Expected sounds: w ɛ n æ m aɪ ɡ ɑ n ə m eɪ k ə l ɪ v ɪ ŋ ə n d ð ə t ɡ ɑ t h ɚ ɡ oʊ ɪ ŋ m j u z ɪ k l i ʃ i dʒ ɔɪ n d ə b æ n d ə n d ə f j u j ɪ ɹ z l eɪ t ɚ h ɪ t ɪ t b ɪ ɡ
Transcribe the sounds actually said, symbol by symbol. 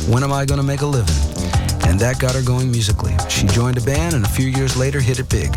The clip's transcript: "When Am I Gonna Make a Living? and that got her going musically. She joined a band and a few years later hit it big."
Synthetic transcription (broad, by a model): w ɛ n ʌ m aɪ ɡ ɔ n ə m eɪ k ə l ɪ v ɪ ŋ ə n ð ə t ɡ ɑ t h ɚ ɡ oʊ ɪ ŋ m j u z ɪ k l i ʃ i dʒ ɔɪ n d ə b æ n ə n ə f j u j ɪ ɹ z l eɪ t ɚ h ɪ t ɪ t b ɪ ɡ